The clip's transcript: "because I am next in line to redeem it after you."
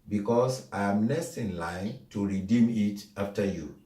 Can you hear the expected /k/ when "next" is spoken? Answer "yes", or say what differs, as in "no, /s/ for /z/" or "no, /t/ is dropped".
no, /k/ is dropped